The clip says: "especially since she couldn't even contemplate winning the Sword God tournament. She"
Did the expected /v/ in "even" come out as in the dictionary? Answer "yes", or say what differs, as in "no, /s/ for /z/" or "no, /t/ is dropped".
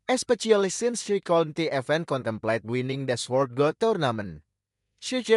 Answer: no, /f/ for /v/